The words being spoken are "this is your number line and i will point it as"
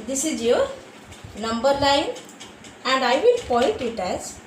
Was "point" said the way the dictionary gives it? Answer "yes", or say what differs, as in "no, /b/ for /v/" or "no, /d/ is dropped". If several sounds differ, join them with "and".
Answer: no, /n/ is dropped